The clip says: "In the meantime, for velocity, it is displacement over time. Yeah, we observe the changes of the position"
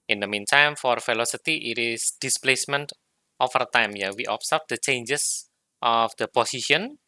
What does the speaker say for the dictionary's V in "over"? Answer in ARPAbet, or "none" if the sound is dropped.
F